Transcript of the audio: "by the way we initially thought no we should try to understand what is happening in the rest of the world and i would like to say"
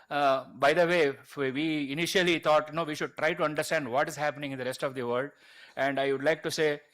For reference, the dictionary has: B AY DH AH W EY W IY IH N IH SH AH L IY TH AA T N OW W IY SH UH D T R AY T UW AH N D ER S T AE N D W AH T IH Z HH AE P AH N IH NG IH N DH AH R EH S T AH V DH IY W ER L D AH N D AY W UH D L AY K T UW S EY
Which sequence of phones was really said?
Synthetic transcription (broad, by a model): B AY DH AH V EY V IY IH N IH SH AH L IY T AA T N OW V IY SH UH D T R AY T UW AH N D ER S T AE N D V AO T IH Z HH AE P AH N IH NG IH N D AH R EH S T AH V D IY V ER L D AH N D AY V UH D L AY K T UW S EY